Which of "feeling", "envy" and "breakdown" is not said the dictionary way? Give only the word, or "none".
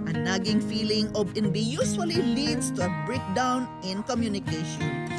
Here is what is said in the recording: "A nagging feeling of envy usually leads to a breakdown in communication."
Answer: envy